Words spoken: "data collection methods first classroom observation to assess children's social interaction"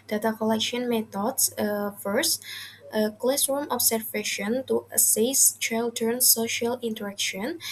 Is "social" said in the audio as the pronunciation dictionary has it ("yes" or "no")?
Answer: yes